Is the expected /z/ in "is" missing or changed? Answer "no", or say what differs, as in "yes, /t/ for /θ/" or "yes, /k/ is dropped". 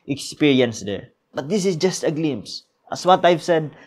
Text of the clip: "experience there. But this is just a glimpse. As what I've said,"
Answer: yes, /s/ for /z/